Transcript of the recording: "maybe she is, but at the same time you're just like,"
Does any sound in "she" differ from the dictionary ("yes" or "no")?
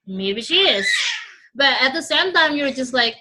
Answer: no